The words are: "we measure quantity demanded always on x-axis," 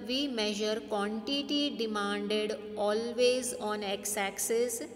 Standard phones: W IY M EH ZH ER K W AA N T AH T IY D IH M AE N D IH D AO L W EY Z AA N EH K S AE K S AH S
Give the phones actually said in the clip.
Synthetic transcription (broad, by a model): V IY M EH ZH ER K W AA N T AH T IY D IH M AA N D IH D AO L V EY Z AA N EH K S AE K S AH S